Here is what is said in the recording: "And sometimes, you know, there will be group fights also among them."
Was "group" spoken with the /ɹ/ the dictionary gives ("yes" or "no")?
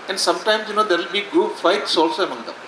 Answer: no